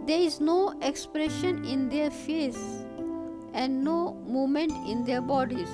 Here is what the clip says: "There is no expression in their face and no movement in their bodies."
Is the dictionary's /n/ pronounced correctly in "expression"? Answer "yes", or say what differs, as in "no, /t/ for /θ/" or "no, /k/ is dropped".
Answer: yes